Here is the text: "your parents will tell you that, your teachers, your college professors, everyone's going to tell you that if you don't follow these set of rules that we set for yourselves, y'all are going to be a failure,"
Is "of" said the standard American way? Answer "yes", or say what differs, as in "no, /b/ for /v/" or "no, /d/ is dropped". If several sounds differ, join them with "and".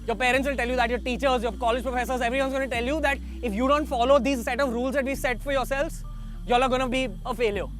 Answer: yes